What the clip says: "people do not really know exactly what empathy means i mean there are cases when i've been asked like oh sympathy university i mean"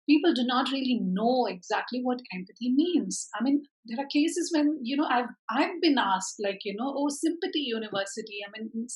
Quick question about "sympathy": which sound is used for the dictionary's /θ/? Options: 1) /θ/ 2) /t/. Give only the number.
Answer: 2